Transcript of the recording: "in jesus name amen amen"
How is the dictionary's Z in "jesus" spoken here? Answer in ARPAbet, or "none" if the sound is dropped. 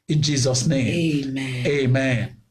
Z